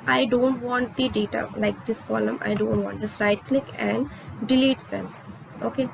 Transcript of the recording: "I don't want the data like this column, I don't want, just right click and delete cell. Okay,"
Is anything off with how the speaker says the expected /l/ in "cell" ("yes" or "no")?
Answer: yes